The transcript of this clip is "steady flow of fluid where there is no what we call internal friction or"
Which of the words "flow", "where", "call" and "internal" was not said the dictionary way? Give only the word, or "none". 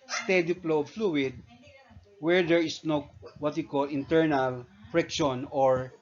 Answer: flow